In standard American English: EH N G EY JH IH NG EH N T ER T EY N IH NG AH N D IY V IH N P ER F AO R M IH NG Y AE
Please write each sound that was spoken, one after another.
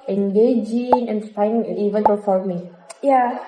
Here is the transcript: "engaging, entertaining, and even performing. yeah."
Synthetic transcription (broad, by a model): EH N G EY JH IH NG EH N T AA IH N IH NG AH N IY V IH N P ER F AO L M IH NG Y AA